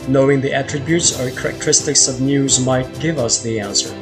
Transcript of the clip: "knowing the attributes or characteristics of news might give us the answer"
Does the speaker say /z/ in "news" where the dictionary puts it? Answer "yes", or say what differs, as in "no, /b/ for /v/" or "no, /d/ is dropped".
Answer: yes